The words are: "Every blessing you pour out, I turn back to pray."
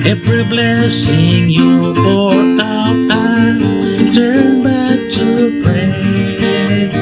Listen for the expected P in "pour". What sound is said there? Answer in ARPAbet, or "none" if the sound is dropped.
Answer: F